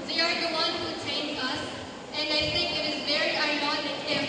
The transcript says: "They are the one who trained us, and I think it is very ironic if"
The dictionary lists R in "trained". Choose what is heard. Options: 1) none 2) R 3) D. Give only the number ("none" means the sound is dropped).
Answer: 1